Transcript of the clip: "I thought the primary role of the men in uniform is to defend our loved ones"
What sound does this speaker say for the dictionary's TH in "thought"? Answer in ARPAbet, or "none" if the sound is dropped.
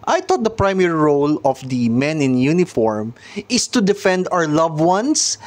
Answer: T